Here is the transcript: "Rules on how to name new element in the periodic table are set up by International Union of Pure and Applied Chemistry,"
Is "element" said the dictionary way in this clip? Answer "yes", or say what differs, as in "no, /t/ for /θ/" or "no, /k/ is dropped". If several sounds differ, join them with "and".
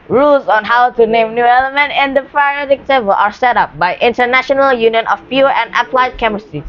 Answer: yes